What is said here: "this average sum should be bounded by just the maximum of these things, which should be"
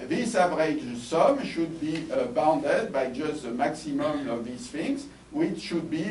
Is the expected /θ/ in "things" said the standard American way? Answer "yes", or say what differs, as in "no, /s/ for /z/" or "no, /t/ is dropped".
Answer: no, /f/ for /θ/